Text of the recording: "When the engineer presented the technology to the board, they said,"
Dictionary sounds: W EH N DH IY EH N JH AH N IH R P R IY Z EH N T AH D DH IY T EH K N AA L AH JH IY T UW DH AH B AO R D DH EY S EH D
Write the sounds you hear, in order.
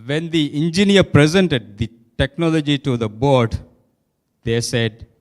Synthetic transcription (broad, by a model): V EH N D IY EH N JH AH N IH R P R IY Z EH N T AH D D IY T EH K N AA L AH JH IY T UW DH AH B AO R D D EY S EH D